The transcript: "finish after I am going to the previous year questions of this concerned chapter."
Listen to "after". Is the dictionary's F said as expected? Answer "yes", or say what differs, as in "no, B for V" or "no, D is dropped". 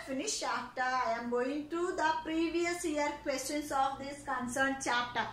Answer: no, F is dropped